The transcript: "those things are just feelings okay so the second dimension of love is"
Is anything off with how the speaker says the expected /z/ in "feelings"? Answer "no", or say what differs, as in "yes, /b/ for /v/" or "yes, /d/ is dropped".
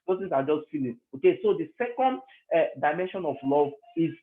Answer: yes, /z/ is dropped